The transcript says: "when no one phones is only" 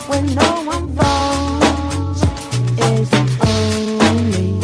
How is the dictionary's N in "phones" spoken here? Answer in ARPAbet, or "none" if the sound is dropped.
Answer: none